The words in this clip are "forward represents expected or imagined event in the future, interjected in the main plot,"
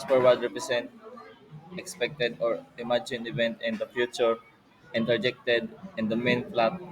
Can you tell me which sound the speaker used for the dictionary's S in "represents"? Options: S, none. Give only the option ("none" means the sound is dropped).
none